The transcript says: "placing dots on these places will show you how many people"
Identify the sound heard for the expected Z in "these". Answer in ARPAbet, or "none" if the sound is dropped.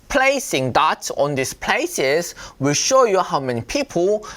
S